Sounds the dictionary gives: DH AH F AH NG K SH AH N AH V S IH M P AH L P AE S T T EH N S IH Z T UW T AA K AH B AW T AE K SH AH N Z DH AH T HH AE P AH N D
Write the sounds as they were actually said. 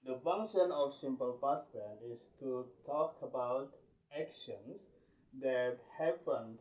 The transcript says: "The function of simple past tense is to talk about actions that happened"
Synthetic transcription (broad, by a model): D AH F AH NG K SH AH N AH F S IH M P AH L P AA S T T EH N IH S T UW T AA K AH B AW T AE K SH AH N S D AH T HH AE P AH N